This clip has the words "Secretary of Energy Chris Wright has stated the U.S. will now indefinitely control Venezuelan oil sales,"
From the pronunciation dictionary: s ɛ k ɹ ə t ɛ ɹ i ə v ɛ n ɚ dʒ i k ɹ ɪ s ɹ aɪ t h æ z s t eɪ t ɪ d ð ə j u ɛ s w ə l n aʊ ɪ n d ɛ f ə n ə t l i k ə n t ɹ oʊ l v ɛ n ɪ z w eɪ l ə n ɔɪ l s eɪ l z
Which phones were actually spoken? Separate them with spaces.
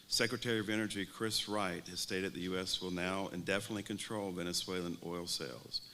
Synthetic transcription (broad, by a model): s ɛ k ɹ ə t ɛ ɹ i ə v ɛ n ɚ dʒ i k ɹ ɪ s ɹ aɪ t h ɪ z s t eɪ t ɪ d ð ə j u ɛ s w ə l n aʊ ɪ n d ɛ f ə n ə t l i k ə n t ɹ oʊ l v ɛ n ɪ s w eɪ l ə n ɔɪ l s eɪ l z